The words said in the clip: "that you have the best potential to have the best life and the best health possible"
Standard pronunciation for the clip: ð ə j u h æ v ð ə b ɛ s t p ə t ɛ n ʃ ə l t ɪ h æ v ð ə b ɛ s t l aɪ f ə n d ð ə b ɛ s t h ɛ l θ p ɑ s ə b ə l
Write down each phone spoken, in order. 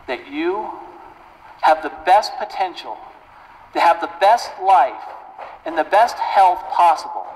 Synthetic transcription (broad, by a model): ð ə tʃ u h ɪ v ð ə b ɛ s t p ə t ɛ n ʃ l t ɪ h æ v ð ə b ɛ s t l aɪ f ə n ð ə b ɛ s t h ɛ l θ p ɑ s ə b l